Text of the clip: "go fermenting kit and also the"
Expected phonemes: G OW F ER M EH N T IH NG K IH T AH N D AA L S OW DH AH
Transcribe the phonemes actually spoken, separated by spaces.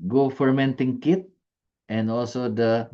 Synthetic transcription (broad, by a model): G OW F ER M EH N T IH NG K IH T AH N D AA L S OW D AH